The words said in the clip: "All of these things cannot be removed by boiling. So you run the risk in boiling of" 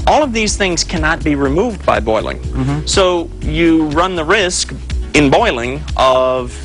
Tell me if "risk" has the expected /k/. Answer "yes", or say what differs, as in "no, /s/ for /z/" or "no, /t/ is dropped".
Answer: yes